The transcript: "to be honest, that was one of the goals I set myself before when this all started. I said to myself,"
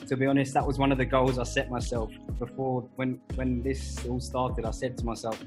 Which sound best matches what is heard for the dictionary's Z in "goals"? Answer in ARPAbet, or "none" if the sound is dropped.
Z